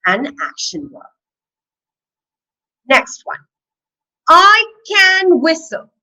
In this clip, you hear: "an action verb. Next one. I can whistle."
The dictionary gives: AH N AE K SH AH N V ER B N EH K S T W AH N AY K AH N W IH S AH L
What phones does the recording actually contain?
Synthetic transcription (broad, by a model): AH N AE K SH AH N W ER N EH K S T W AH N AY K AH N W IH S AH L